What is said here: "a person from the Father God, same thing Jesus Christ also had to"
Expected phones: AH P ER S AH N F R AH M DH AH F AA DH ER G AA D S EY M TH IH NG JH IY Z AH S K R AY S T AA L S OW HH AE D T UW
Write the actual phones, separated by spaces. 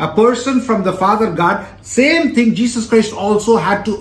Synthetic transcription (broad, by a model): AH P ER S AH N F R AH M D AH F AA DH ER G AA D S EY M T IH NG JH IY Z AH S K R AY S T AA L S OW HH AE D T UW